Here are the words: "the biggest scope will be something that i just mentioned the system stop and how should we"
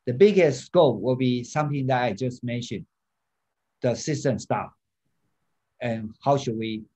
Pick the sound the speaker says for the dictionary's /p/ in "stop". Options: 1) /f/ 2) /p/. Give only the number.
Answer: 1